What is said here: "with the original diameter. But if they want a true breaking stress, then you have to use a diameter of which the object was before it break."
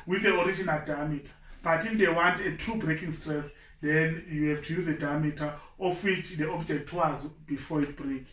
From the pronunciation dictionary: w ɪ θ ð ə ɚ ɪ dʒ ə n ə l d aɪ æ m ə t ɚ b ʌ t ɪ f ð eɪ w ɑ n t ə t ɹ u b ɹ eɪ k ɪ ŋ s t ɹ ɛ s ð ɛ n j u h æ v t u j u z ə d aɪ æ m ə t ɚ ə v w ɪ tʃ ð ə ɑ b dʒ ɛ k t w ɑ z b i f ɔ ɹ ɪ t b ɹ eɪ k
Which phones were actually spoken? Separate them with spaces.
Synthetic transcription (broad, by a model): w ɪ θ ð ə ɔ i dʒ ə n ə l d aɪ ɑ m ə t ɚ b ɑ t ɪ f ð eɪ w ɑ n t ə t u b ɹ eɪ k ɪ ŋ s t ɹ ɛ s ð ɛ n j u h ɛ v t u j u z ə d aɪ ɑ m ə t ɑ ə f w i tʃ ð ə ɑ b dʒ ɛ k t w ɑ z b i f ɔ ɪ t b ɹ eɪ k